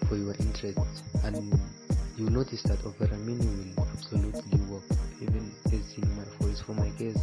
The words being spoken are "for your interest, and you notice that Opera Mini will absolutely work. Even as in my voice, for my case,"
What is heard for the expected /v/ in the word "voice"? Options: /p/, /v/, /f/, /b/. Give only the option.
/f/